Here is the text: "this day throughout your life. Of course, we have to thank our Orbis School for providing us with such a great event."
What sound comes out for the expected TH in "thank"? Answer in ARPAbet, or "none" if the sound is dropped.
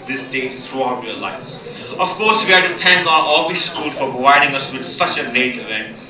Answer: T